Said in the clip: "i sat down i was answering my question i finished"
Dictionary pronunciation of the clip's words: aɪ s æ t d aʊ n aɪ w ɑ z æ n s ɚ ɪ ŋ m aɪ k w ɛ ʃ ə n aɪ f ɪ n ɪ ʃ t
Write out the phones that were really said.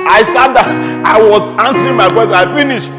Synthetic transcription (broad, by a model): aɪ s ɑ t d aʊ aɪ w ɑ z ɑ n s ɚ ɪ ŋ m aɪ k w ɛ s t aɪ f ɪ n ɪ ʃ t